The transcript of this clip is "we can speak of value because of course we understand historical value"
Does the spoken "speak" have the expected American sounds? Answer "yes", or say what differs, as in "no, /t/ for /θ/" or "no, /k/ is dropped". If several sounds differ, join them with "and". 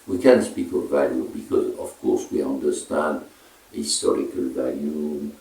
yes